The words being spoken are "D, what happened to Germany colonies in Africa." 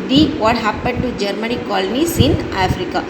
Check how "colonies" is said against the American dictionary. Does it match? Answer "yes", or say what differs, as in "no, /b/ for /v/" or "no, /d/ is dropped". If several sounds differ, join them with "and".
no, /s/ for /z/